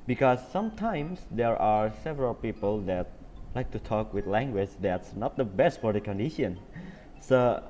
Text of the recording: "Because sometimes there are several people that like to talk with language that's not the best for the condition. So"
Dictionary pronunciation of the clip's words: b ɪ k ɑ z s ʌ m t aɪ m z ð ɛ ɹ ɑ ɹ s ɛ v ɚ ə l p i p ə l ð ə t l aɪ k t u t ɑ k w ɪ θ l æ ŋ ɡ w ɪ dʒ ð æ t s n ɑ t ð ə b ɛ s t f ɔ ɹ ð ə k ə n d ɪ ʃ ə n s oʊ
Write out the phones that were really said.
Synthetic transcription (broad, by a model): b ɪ k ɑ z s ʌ m t aɪ m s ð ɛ ɹ ɑ ɹ s ɛ v ɚ ə l p i p ə l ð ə t l aɪ k t u t ɑ k w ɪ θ l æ ŋ ɡ w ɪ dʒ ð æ t s n ɑ t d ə b ɛ s t f ɔ ɹ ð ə k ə n d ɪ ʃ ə n s oʊ